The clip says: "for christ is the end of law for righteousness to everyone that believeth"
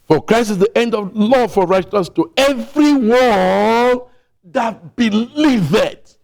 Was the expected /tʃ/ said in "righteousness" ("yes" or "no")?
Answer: no